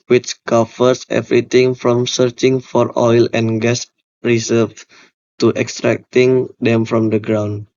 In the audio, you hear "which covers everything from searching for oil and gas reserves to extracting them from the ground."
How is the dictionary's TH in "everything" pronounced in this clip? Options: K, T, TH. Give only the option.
T